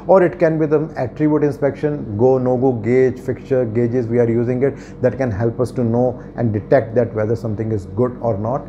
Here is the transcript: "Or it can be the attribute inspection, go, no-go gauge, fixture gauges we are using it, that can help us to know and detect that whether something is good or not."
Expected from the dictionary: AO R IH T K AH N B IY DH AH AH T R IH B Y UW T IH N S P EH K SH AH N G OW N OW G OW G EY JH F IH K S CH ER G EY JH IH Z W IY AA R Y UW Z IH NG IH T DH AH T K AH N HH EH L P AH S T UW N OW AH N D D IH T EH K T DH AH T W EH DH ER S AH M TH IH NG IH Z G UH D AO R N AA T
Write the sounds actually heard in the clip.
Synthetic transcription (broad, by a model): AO R IH T K AH N B IY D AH AH T R IH B Y UW T IH N S P EH K SH AH N G OW N OW G OW G EY JH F IH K CH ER G EY JH IH Z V IY AA R Y UW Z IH NG IH T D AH T K AH N HH EH L P AH S T UW N OW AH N D D IH T EH K T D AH T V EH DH ER S AH M T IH NG IH Z G UH D AO R N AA T